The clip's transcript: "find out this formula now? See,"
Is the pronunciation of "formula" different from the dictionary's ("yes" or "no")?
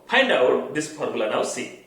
yes